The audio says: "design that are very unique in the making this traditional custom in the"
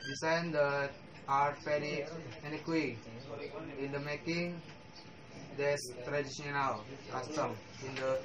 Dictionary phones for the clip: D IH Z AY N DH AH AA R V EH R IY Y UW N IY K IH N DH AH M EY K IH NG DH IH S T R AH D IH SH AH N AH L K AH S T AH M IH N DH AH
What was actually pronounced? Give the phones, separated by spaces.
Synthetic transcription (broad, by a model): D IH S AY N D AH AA R P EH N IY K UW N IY K IH N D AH M EY K IH NG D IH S T R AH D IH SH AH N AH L K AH S T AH M IH N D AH